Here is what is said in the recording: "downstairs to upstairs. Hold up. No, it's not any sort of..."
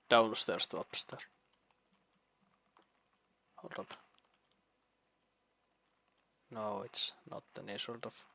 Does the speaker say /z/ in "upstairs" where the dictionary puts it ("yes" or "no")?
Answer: no